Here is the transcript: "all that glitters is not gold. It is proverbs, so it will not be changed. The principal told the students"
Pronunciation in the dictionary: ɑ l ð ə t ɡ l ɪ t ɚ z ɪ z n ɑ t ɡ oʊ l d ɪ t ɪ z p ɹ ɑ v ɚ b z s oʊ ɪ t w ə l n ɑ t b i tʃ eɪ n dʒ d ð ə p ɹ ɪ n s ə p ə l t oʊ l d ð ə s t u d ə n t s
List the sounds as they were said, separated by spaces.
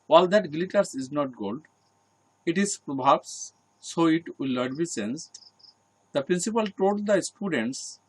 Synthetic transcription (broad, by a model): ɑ l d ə t ɡ l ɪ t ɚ s ɪ z n ɑ t ɡ oʊ l d ɪ t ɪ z p ɹ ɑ b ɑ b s s oʊ ɪ t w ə l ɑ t b i s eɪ n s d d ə p ɹ ɪ n s ə p ə l t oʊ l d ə s t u d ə n t s